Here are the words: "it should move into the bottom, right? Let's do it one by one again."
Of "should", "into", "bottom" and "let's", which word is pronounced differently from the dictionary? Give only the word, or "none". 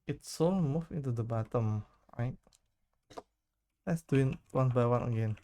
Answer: should